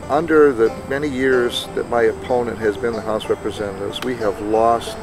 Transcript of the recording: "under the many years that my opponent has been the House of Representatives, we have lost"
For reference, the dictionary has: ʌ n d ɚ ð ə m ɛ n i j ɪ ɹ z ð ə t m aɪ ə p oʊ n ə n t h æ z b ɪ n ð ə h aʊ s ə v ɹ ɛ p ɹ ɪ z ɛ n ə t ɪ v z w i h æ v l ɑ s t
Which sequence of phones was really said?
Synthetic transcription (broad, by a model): ʌ n d ɚ ð ə m ɛ n i j ɪ ɹ z ð ə t m aɪ ə p oʊ n ə n t h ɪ z b ɪ n ð ə h aʊ s ɹ ɛ p ɹ ɪ z ɛ n ə t ɪ v z w i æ v l ɑ s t